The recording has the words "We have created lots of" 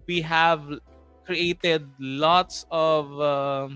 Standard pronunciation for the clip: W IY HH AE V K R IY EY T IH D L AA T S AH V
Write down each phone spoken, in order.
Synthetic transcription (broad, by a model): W IY HH AE V K R IY EY T IH D L AA T S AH V